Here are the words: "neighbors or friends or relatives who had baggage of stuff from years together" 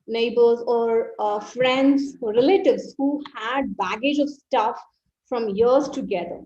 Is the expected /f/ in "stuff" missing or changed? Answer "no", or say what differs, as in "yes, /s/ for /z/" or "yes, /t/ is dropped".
no